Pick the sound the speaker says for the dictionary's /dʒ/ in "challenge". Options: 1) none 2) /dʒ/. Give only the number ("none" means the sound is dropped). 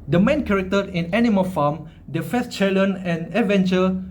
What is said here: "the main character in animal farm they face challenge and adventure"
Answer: 1